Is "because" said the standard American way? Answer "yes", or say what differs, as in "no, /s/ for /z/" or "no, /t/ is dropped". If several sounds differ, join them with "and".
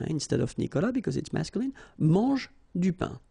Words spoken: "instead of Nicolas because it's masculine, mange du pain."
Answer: yes